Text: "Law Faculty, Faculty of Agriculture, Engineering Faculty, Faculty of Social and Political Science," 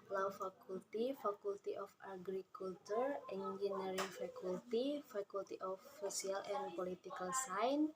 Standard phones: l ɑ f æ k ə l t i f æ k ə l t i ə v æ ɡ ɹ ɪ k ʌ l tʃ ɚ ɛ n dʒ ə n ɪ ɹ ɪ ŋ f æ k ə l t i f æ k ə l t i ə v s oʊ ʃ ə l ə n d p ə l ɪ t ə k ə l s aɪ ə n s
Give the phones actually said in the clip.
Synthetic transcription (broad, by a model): l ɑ f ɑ k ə l t i f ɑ k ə l t i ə f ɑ ɡ ɹ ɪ k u l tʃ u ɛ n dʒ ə n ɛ ɹ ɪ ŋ f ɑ k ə l t i f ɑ k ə l t i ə f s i ə l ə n p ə l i t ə k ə l s aɪ n